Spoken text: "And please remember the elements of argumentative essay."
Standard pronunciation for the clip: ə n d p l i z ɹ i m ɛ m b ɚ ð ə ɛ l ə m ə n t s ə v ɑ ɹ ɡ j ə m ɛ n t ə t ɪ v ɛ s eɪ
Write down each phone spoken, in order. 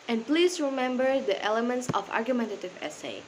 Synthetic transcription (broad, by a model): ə n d p l i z ɹ i m ɛ m b ɚ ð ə ɛ l ə m ə n t s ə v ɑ ɹ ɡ j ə m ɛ n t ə t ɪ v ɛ s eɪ